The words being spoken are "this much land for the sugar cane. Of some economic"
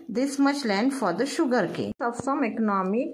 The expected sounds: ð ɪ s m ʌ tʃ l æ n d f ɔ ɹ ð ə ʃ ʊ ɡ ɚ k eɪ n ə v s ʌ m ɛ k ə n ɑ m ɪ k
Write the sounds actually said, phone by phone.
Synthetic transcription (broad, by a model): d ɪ s m ʌ tʃ l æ n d f ɔ ɹ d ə ʃ ʊ ɡ ɚ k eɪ ə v s ʌ m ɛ k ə n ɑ m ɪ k